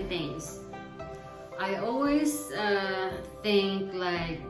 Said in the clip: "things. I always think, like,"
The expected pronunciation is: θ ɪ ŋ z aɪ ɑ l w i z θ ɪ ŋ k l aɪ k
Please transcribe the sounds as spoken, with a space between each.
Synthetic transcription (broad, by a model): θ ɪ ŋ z aɪ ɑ l w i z θ ɪ ŋ k l aɪ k